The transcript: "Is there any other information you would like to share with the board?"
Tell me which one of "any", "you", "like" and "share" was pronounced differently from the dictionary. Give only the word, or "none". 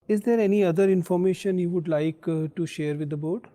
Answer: none